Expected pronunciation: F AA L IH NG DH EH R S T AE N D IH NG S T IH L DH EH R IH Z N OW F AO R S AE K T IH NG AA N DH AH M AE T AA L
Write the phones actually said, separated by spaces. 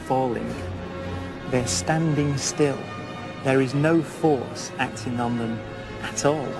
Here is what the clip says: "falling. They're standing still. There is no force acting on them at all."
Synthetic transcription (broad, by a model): F AA L IH NG DH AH R S T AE N D IH NG S T IH L DH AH R IH Z N OW F AO R S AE K T IH NG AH N DH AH M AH T AA L